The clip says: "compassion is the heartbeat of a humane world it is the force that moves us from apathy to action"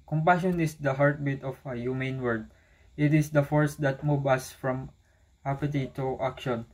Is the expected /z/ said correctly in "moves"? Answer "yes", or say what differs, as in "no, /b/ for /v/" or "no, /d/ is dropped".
no, /z/ is dropped